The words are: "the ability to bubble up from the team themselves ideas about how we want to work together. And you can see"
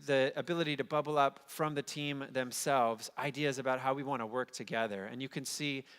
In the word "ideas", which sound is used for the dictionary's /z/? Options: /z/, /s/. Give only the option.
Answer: /z/